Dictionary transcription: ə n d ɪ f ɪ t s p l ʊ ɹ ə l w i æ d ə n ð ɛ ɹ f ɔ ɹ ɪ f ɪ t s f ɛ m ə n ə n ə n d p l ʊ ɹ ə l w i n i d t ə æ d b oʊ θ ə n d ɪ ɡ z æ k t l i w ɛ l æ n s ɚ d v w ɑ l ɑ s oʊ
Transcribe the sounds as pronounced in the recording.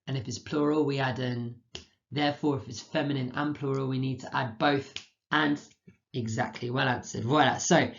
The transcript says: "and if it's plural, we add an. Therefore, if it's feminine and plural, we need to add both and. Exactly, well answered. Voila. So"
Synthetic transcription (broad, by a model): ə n ɪ f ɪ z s p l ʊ ɹ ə l w i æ d ə n ð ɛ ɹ f ɔ ɹ ɪ f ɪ t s f ɛ m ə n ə n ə n p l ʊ ɹ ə l w i n i d t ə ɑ d b oʊ θ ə n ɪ ɡ z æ k t l i w ɛ l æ n s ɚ d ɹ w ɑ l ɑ s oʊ